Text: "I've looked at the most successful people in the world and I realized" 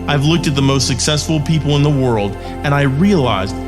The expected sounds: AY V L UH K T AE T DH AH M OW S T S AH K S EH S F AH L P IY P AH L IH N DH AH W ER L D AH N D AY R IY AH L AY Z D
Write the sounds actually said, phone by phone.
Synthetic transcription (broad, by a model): AY V L UH K T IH T DH AH M OW S T S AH K S EH S F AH L P IY P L IH N DH AH W ER L D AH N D AY R IY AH L AY Z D